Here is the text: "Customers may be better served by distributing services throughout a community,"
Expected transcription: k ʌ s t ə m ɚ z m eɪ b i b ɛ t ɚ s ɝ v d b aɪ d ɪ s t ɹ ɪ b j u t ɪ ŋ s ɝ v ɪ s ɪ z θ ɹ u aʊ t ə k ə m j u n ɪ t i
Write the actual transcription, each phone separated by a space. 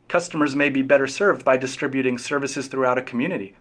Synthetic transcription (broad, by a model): k ʌ s t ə m ɚ z m eɪ b i b ɛ t ɚ s ɝ v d b aɪ d ɪ s t ɹ ɪ b j u t ɪ ŋ s ɝ v ɪ s ɪ z θ ɹ u aʊ t ə k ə m j u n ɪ t i